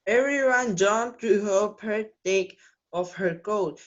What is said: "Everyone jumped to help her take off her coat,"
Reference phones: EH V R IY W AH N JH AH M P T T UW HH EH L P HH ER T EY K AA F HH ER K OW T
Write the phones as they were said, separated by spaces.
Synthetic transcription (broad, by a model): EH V R IY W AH N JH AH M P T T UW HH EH P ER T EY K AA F HH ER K OW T